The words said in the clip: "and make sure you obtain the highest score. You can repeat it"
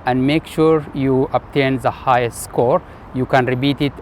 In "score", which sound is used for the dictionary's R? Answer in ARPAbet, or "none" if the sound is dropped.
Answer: R